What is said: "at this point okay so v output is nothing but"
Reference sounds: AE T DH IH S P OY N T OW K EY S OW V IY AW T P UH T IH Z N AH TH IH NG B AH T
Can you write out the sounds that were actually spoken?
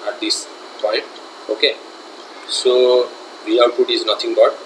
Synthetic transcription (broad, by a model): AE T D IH S P OY N T OW K EY S OW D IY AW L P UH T IH Z N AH T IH NG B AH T